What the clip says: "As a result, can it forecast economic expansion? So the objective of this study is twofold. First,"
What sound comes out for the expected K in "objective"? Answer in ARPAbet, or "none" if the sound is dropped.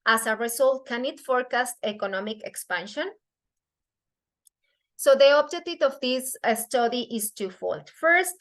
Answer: none